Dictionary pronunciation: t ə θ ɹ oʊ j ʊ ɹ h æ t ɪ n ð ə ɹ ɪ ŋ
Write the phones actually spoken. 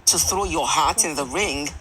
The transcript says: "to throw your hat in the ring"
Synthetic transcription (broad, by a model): t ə θ ɹ oʊ j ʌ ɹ h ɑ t ɪ n ð ə ɹ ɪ ŋ